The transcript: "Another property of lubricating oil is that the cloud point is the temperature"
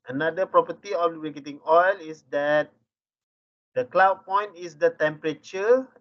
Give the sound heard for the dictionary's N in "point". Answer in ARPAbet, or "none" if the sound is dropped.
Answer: N